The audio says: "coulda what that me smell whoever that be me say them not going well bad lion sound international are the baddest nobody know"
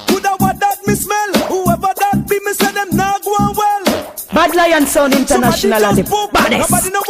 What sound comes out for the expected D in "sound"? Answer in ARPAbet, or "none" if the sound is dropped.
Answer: none